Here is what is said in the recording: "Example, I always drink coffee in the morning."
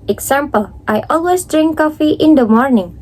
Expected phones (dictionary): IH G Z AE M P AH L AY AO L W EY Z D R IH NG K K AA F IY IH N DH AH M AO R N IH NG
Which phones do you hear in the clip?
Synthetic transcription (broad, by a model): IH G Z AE M P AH L AY AO L W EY S D R IH NG K K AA F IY IH N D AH M AO R N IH NG